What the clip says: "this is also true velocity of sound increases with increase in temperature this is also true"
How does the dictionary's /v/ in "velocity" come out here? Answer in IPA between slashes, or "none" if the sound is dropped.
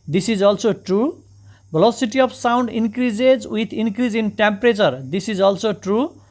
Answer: /b/